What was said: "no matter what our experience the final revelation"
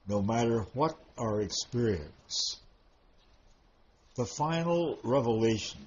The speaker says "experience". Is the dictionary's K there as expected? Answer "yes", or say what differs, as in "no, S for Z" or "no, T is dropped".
yes